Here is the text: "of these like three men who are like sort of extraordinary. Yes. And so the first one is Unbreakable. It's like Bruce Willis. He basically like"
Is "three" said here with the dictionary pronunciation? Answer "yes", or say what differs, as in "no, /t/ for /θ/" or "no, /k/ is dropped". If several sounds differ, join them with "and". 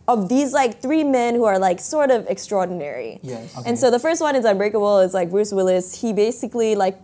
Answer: yes